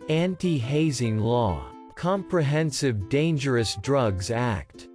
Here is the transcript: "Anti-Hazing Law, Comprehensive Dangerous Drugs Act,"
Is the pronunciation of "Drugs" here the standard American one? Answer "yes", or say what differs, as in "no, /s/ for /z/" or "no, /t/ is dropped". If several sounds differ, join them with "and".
yes